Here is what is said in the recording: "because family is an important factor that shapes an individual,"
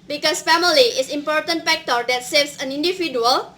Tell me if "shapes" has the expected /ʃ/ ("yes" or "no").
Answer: no